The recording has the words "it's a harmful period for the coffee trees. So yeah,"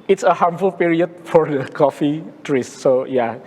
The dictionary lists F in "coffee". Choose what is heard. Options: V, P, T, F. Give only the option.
F